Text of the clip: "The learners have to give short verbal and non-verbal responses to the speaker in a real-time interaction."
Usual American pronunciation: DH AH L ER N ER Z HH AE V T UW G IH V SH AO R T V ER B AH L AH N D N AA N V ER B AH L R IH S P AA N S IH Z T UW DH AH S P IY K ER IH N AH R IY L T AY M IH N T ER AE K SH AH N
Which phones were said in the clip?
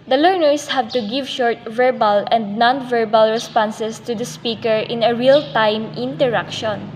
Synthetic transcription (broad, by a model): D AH L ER N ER S HH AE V T UW G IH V SH AO R T V ER B AH L AH N D N AA N V ER B AH L R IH S P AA N S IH S T UW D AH S P IY K ER IH N AH R IY L T AY M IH N T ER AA K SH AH N